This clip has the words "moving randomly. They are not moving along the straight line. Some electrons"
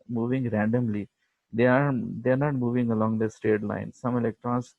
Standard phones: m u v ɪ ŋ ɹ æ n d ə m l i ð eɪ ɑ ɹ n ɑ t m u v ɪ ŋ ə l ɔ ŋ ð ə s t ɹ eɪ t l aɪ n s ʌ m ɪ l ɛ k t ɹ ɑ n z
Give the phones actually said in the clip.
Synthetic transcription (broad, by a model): m u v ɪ ŋ ɹ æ n d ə m l i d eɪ ɑ ɹ n ɑ t m u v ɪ ŋ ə l ɔ ŋ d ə s t eɪ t l aɪ n s ʌ m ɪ l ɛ k t ɹ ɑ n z